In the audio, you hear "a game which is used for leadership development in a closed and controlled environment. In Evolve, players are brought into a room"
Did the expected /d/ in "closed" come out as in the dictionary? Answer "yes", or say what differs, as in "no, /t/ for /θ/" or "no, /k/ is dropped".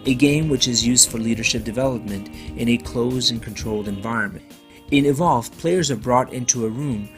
no, /d/ is dropped